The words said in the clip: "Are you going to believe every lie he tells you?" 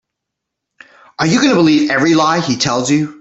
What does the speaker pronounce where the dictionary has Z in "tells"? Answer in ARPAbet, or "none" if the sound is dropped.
Z